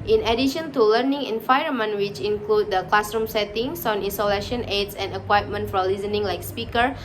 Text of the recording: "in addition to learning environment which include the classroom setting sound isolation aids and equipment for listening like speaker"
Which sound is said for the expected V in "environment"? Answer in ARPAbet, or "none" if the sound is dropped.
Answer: F